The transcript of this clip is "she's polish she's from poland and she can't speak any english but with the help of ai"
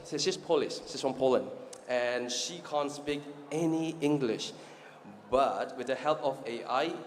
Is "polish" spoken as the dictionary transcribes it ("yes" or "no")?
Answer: no